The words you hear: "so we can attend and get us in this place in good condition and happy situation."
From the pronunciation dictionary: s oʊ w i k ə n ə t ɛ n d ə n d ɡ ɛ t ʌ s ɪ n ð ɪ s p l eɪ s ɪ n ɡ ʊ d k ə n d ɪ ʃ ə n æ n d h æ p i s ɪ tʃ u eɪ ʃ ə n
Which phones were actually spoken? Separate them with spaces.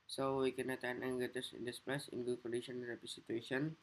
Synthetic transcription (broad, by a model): s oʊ w i k ə n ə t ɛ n ə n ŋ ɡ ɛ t ʌ s ɪ n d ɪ s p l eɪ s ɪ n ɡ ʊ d k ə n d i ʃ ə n n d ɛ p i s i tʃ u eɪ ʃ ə n